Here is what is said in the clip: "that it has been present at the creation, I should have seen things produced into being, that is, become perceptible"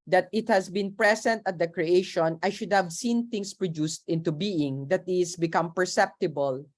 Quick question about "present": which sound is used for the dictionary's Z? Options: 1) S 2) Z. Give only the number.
1